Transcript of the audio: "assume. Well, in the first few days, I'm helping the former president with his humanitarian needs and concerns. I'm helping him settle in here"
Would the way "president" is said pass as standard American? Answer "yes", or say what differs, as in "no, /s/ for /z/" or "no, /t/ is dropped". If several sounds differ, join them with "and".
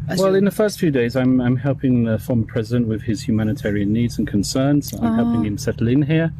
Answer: yes